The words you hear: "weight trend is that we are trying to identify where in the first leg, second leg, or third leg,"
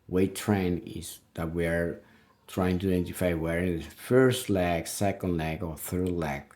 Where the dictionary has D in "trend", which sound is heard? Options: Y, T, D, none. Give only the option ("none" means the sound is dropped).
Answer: none